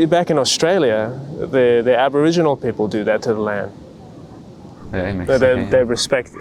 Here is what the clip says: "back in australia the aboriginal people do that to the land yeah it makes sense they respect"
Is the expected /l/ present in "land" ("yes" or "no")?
yes